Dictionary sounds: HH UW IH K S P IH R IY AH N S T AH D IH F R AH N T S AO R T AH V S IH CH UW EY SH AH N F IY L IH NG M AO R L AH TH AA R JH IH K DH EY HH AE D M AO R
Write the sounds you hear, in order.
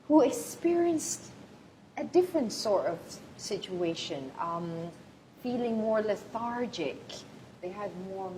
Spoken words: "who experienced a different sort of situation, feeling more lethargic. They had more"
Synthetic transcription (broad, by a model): HH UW IH K S P IH R IY AH N S T AH D IH F R AH N T S AO R T AH V S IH CH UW EY SH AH N F IY L IH NG M AO R L AH TH AA R JH IH K DH EY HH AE D M AO R